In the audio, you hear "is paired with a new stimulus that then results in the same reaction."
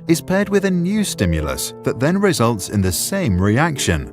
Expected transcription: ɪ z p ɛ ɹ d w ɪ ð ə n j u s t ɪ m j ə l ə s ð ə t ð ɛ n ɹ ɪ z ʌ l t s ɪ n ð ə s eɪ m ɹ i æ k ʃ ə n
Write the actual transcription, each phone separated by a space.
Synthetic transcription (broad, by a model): ɪ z p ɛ d w ɪ ð ə n j u s t ɪ m j ə l ə s ð ə t ð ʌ n ɹ ɪ z ʌ l t s ɪ n ð ə s eɪ m ɹ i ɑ k ʃ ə n